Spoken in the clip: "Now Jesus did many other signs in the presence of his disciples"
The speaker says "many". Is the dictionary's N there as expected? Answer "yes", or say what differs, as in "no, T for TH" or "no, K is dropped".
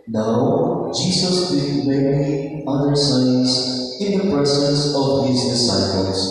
no, L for N